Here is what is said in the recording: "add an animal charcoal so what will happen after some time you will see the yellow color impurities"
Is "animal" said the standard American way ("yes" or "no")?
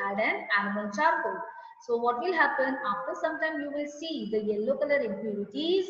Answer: no